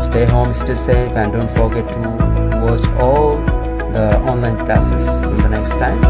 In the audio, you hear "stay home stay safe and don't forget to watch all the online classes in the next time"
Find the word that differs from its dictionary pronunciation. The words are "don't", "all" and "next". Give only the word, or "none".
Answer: none